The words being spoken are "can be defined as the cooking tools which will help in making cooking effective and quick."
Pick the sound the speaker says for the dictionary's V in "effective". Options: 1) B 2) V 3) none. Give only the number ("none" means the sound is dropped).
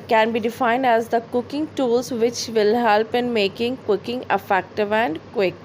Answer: 2